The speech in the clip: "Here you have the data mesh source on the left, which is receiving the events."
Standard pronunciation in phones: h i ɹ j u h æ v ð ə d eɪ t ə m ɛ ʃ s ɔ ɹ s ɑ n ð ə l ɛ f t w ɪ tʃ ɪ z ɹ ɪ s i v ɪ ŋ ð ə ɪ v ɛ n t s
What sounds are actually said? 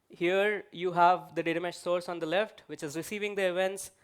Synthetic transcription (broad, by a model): h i ɹ j u h æ v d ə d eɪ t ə m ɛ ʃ s ɔ ɹ s ɑ n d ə l ɛ f t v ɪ tʃ ɪ z ɹ ɪ s i v ɪ ŋ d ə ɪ v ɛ n t s